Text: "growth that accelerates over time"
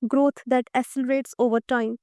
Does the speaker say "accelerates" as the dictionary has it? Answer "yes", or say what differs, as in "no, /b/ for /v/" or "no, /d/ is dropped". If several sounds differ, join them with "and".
no, /k/ is dropped